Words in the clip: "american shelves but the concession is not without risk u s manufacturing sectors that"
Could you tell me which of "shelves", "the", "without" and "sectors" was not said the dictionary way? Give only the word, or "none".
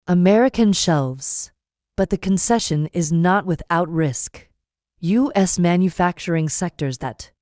none